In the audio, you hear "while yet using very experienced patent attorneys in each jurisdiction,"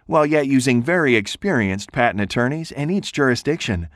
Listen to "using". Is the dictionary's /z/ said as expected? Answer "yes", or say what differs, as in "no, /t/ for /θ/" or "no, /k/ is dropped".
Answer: yes